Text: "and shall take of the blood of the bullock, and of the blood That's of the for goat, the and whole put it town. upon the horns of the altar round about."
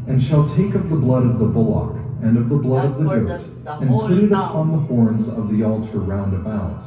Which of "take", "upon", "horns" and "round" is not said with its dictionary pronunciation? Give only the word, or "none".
none